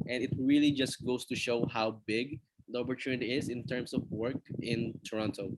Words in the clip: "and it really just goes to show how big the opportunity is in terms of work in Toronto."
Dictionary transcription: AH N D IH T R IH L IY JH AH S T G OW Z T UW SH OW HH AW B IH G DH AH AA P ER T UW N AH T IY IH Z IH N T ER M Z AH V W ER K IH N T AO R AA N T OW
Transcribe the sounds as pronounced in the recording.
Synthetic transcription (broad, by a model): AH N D IH T R IH L IY JH AH S T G OW S T UW SH OW HH AW B IH G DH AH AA P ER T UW N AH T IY IH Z IH N T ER M S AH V W ER K IH N T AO R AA N T OW